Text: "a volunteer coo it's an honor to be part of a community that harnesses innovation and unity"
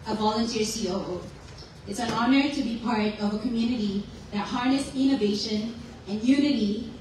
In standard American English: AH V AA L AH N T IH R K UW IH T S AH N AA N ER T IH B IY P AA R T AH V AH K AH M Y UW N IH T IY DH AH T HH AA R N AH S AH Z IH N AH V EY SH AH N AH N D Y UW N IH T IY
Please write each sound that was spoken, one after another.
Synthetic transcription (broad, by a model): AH V AA L AH N T IH R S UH IH T S AH N AA N ER T IH B IY P AA R T AH V AH K AH M Y UW N IH T IY DH AH T HH AA R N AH S IH N AH V EY SH AH N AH N Y UW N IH T IY